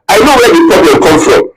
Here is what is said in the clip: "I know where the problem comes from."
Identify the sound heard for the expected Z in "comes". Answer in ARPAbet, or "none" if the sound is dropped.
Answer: none